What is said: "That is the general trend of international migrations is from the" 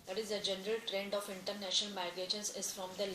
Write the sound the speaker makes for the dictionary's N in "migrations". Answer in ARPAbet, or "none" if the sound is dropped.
none